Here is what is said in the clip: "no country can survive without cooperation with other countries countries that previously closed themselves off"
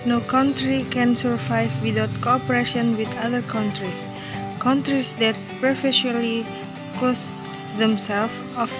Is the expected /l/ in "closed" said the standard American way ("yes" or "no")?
no